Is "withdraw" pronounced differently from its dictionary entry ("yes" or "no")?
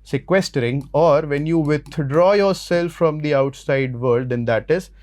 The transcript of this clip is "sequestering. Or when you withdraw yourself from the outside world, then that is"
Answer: yes